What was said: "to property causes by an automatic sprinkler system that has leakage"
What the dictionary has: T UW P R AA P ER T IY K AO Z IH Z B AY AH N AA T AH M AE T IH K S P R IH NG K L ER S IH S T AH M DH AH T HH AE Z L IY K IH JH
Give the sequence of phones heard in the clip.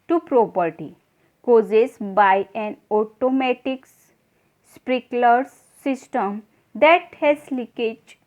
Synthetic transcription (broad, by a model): T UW P R AA P ER T IY K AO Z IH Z B AY AH N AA T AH M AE T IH K S P R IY K L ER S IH S T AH M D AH T HH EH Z L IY K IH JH